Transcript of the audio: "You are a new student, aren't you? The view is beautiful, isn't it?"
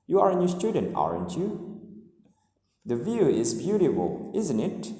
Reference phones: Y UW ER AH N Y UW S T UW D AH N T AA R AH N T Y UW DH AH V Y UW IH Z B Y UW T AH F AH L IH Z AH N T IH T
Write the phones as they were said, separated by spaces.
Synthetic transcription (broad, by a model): Y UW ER AH N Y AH S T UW D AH N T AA R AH N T Y UW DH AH V Y UW IH Z B Y UW T AH F AH L IH Z AH N T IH T